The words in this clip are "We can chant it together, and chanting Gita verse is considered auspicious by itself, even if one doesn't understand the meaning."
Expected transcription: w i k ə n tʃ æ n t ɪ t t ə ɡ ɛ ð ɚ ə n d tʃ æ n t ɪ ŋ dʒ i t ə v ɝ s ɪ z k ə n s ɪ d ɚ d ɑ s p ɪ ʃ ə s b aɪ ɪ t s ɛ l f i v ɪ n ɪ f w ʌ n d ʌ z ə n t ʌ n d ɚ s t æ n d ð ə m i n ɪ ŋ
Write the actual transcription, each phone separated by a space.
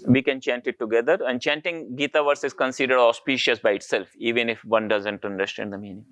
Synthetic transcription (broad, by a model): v i k ə n tʃ æ n t ɪ t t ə ɡ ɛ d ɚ ə n d tʃ æ n t ɪ ŋ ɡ i t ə v ɝ s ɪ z k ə n s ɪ d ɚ d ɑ s p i ʃ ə s b aɪ ɪ t s ɛ l f i v ɪ n ɪ f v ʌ n d ʌ z ə n t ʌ n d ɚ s t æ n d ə m i n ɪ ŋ